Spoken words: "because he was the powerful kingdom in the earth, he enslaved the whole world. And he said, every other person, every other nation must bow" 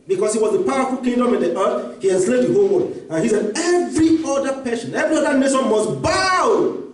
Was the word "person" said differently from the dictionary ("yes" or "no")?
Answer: yes